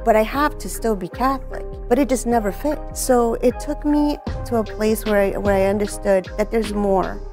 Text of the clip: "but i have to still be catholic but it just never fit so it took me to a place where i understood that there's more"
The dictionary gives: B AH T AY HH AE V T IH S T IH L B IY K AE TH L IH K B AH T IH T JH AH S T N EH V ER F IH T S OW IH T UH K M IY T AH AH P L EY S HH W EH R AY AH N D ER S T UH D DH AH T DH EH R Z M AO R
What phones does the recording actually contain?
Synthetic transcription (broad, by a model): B AH T AY HH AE F T IH S T IH L B IY K AE TH L IH K B AH T IH T JH AH S T N EH V ER F IH T S OW IH T UH K M IY T AH AH P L EY S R W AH R AY AH N D ER S T UH D DH AH T DH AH R Z M AO R